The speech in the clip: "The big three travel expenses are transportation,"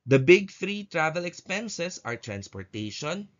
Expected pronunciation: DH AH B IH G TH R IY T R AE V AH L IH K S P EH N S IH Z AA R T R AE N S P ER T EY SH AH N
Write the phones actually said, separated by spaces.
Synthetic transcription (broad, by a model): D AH B IH G TH R IY T R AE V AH L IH K S P EH N S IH S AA R T R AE N S P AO T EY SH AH N